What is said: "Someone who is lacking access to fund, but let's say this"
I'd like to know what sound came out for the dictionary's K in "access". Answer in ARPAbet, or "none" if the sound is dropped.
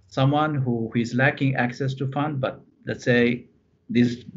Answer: K